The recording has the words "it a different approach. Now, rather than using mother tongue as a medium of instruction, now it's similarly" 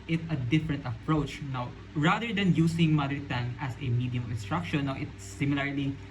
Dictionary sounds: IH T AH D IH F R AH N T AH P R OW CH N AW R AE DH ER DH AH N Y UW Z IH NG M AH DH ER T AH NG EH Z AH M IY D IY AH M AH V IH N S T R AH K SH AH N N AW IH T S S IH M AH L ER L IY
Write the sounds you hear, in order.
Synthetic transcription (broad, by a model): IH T AH D IH F R AH N T AH P R OW CH N AW R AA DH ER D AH N Y UW S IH NG M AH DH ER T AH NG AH S AH M IY D IY AH M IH N S T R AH K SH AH N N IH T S S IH M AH L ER L IY